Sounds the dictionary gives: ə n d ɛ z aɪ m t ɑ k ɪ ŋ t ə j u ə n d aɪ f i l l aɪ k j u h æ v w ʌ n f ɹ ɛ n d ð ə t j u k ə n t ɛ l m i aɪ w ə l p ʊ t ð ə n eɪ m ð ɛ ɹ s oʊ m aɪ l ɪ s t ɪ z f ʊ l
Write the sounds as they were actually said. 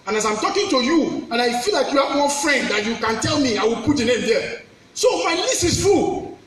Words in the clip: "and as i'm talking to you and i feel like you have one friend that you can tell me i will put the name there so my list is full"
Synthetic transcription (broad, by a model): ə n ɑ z aɪ m t ɑ k ɪ ŋ t ə j u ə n aɪ f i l l aɪ k j u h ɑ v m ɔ f ɹ ɛ n d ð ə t j u k ə n t ɛ l m i aɪ w ə l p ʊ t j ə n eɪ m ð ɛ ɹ s oʊ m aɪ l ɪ s ɪ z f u